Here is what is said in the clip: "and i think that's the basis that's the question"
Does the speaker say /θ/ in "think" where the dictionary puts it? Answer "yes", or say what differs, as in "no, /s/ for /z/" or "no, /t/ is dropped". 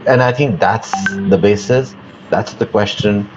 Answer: yes